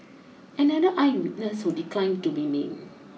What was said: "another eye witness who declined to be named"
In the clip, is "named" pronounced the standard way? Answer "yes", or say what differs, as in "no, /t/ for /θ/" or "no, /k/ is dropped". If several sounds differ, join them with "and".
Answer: no, /d/ is dropped